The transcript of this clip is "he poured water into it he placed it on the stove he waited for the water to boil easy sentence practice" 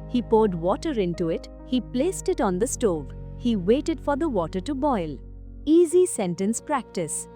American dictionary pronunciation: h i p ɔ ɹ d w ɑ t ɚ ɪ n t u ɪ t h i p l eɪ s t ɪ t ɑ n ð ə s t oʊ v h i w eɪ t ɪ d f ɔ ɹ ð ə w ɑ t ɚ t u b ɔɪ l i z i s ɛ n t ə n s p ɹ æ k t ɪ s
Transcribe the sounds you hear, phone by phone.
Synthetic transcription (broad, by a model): h i p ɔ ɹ d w ɑ t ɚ ɪ n t u ɪ t h i p l eɪ s t ɪ t ɑ n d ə s t oʊ v h i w eɪ t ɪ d f ɔ ɹ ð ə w ɑ t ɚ t u b ɔɪ l i z i s ɛ n t ə n s p ɹ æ k t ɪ s